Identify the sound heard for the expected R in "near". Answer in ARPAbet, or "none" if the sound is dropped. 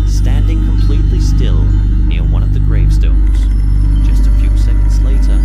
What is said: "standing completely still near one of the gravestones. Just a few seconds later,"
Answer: R